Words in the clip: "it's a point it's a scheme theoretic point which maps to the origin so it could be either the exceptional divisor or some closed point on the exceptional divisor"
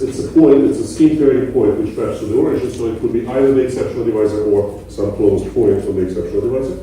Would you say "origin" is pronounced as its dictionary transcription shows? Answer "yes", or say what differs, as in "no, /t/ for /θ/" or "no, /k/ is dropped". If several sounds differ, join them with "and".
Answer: no, /ʃ/ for /dʒ/